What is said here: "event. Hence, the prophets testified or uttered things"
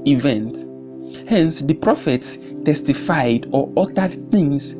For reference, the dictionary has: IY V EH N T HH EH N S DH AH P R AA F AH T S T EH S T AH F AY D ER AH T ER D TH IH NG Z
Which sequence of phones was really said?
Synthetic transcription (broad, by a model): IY V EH N T HH EH N S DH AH P R AA F AH T S T EH S T AH F AY D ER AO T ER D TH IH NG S